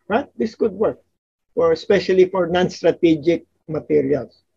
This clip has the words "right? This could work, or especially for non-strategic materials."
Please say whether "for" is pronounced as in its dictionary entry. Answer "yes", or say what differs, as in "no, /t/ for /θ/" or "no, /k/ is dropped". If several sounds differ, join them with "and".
yes